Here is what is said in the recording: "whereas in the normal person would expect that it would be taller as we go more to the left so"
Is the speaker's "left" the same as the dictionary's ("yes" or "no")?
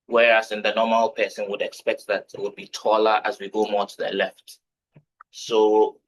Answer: yes